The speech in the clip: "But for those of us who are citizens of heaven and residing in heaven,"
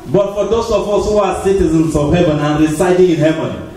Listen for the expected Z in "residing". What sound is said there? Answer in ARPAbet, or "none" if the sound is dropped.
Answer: S